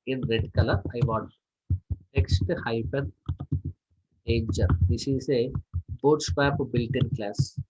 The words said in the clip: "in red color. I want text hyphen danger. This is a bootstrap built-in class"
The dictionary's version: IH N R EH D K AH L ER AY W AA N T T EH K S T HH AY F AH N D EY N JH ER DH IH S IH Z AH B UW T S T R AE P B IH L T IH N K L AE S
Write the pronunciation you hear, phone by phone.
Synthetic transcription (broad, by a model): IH N R EH D K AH L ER AY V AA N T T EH K S T HH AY P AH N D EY N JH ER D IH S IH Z AH B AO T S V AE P B IH L T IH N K L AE S